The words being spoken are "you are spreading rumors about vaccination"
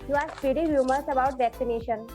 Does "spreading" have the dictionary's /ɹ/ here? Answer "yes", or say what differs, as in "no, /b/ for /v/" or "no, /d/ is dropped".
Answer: no, /ɹ/ is dropped